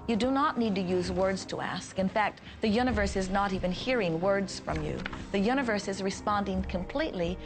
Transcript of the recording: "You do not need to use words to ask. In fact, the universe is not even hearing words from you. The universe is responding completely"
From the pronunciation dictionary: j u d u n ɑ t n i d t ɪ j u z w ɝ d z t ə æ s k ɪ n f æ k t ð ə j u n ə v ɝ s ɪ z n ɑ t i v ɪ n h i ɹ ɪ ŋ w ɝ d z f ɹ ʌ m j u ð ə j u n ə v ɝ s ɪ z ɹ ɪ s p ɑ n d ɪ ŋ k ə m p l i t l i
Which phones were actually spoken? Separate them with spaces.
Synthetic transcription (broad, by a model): j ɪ d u n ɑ t n i d t ɪ j u z w ɝ d z t ə æ s k ɪ n f æ k t ð ə j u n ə v ɝ s ɪ z n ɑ t i v ɪ n h i ɹ ɪ ŋ w ɝ d z f ɹ ʌ m j u ð ə j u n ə v ɝ s ɪ z ɹ ɪ s p ɑ n d ɪ ŋ k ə m p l i t l i